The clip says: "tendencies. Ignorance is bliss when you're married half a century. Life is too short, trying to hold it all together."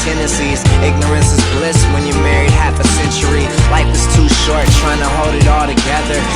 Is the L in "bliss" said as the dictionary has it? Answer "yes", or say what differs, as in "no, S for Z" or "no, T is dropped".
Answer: yes